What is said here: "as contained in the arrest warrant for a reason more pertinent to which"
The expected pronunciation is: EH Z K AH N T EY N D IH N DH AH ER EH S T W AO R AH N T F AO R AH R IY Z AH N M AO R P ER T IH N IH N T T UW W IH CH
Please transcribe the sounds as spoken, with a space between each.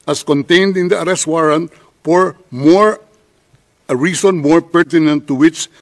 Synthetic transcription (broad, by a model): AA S K AH N T EY N D IH N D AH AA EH S T W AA R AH N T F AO R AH R IY S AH N M AO R P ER T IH N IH N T T UW W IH CH